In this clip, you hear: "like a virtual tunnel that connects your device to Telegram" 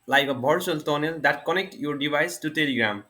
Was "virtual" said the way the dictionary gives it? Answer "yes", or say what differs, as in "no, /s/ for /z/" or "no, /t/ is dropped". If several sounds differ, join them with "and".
no, /b/ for /v/